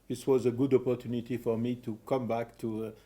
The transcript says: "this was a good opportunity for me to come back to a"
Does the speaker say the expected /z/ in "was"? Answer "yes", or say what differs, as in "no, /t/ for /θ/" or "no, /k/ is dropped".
yes